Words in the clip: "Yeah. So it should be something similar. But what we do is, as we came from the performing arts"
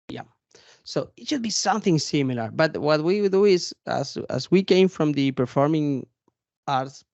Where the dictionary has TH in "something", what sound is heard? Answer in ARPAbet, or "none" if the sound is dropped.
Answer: TH